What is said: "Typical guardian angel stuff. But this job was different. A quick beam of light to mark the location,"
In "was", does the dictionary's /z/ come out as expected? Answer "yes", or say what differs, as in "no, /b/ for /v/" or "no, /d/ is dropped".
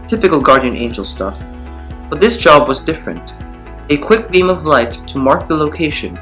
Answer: yes